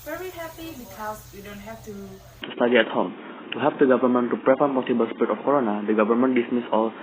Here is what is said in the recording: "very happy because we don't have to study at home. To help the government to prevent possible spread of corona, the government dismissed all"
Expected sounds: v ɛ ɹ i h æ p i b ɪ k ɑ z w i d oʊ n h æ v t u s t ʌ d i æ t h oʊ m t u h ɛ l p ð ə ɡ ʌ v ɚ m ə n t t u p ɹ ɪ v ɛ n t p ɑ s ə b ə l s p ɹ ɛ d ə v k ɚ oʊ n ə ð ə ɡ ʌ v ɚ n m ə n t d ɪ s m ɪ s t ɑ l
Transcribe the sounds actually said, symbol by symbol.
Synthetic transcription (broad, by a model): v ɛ ɹ i h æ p i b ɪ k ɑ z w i d oʊ n h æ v t u s t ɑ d i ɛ t h oʊ m t u h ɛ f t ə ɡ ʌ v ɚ m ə n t t u p ɹ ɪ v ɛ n p ɑ s ə b ə l s p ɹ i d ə f k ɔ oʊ n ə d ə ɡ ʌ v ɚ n m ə n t d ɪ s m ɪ s ɑ l